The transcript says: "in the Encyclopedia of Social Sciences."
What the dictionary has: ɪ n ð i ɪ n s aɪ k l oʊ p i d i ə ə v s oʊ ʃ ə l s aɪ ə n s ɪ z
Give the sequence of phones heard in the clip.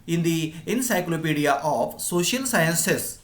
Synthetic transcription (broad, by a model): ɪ n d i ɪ n s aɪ k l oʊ p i d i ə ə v s oʊ ʃ ə l s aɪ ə n s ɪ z